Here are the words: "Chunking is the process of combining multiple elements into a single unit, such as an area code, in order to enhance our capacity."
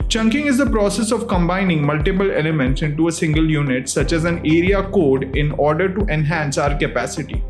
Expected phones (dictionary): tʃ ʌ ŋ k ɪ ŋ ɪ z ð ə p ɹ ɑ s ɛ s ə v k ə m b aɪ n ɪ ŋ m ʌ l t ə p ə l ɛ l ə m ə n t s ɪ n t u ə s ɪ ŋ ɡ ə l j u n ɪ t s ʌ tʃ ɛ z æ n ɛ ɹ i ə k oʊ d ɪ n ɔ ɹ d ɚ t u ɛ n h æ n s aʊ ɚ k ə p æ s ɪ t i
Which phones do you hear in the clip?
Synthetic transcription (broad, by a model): tʃ ʌ ŋ k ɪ ŋ ɪ z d ə p ɹ ɑ s ɛ s ə v k ə m b aɪ n ɪ ŋ m ʌ l t ə p ə l ɛ l ə m ə n t s ɪ n t u ə s ɪ ŋ ɡ ə l j u n ɪ t s ʌ tʃ ɛ z æ n ɛ ɹ i ə k oʊ d ɪ n ɔ ɹ d ɚ t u ɛ n h æ n s aʊ ɚ k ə p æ s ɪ t i